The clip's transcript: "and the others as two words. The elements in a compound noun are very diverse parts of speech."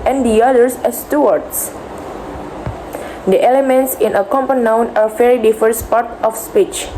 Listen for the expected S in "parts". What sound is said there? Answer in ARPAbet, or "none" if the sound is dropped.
none